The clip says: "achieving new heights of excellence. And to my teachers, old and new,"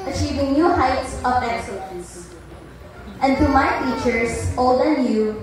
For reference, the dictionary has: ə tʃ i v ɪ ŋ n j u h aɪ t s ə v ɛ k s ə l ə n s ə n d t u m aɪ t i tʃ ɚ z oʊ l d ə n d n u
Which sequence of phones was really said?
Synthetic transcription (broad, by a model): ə tʃ i v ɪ ŋ n j u h aɪ t s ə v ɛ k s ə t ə s ə n d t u m aɪ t i tʃ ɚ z oʊ l d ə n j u